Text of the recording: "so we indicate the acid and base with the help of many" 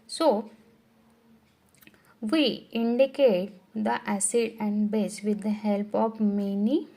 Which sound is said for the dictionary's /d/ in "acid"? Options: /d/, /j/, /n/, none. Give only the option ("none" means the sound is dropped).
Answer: /d/